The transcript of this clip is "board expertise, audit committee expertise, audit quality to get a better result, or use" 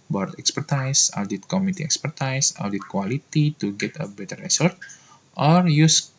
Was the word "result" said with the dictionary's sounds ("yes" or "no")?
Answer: no